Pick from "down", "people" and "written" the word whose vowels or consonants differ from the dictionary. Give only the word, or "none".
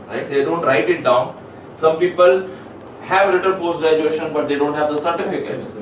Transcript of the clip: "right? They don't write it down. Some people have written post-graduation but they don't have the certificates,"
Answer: written